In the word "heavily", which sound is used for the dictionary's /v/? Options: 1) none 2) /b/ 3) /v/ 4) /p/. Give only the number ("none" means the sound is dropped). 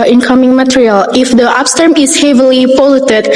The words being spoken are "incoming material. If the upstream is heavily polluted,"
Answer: 3